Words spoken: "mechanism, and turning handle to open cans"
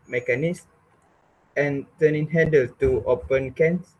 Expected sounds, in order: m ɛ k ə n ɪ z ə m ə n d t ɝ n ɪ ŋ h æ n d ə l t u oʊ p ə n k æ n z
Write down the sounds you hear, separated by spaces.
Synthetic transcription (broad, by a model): m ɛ k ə n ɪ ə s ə n t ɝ n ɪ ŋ h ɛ d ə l t u oʊ p ə n k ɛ n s